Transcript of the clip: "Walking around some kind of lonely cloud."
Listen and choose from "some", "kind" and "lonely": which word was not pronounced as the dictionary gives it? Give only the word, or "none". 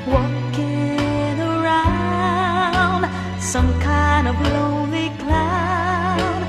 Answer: lonely